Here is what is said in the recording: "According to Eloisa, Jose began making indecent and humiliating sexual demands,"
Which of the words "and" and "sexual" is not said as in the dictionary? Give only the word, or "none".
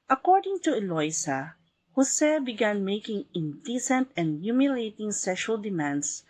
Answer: none